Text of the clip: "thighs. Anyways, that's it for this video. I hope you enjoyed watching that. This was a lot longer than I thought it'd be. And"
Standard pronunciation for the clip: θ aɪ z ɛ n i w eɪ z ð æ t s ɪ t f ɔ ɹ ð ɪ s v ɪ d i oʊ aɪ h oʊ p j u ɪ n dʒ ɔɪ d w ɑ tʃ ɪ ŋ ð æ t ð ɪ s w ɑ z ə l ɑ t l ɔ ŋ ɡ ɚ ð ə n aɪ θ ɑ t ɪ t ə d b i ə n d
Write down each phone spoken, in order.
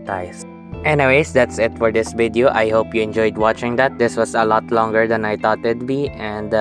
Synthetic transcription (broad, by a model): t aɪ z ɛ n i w eɪ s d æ t s ɪ t f ɔ ɹ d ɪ s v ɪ d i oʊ aɪ h oʊ p j u ɪ n dʒ ɔɪ d w ɑ tʃ ɪ ŋ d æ t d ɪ s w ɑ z ə l ɑ t l ɔ ŋ ɡ ɚ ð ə n aɪ t ɑ t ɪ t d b i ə n d